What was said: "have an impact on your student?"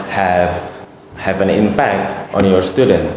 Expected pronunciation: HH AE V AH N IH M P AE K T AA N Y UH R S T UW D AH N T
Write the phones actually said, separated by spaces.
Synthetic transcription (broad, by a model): HH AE V AH N IH M P AE K T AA N Y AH R S T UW D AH N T